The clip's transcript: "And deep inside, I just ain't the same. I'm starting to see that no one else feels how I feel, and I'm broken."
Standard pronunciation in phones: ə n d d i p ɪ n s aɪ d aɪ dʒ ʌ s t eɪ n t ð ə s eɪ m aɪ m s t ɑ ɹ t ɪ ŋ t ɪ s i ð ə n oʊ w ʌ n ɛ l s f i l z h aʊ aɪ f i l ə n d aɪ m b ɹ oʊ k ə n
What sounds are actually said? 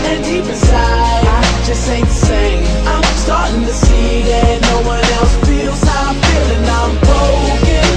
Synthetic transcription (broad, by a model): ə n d d i p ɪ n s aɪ aɪ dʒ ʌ s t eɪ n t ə s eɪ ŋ aɪ m s t ɑ ɹ t ɪ ŋ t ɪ s i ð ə n oʊ w ʌ n ɛ l s f i l z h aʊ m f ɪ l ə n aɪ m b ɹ oʊ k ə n